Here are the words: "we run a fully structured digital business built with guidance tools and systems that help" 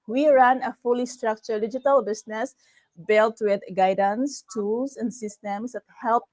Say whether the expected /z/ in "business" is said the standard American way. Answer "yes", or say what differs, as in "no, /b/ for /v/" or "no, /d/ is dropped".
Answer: no, /s/ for /z/